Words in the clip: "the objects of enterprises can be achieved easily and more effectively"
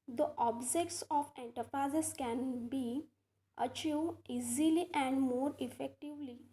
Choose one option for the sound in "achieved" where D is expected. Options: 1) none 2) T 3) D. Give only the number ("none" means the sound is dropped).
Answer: 1